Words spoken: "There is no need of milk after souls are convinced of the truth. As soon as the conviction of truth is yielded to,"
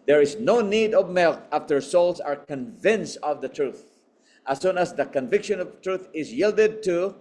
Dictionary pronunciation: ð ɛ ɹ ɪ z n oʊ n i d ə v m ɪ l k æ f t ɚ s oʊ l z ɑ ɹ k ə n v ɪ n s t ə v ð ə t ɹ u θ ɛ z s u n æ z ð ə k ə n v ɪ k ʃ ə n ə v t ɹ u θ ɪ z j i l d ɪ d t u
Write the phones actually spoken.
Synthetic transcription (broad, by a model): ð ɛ ɹ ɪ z n oʊ n i d ə v m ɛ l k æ f t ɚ s oʊ l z ɑ ɹ k ə n v ɪ n s t ə v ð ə t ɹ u θ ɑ s u n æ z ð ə k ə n v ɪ k ʃ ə n ə v t ɹ u θ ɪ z j i l d ɪ d t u